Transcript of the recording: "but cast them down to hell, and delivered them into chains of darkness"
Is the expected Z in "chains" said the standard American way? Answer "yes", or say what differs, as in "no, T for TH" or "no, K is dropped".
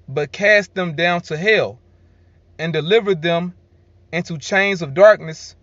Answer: yes